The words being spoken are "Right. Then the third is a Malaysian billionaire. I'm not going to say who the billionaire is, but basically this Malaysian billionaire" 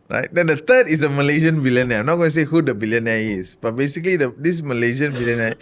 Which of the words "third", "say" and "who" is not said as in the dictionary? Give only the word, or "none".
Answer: third